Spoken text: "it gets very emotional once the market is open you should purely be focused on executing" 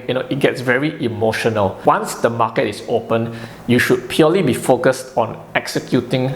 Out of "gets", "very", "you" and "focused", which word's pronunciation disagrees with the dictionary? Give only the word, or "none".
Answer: none